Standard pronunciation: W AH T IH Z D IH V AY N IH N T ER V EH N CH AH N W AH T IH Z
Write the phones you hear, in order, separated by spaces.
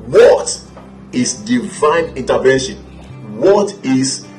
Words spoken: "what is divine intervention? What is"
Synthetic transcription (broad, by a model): W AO T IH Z D IH V AY N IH N T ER V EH N SH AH N W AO T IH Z